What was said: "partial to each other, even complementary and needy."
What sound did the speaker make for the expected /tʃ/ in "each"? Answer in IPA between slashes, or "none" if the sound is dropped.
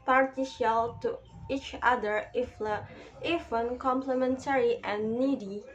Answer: /tʃ/